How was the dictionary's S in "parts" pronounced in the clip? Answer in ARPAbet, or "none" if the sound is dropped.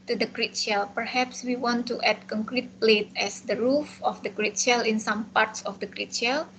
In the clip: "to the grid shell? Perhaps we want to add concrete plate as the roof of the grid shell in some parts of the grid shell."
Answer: S